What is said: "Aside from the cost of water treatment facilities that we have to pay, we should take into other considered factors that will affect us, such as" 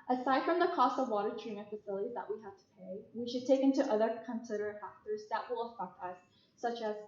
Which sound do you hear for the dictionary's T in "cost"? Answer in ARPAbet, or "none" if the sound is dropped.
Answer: T